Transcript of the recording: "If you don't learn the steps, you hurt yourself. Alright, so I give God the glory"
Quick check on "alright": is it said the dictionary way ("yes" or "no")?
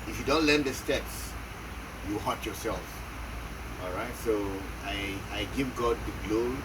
yes